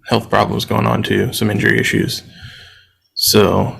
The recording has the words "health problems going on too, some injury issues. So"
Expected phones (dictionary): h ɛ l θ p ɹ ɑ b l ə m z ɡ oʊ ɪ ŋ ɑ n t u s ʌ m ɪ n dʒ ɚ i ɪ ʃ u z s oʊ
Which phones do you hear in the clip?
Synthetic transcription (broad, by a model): h ɛ l θ p ɹ ɑ b l ə m z ɡ oʊ ɪ ŋ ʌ n t u s ʌ m ɪ n dʒ ɚ i ɪ ʃ u z s oʊ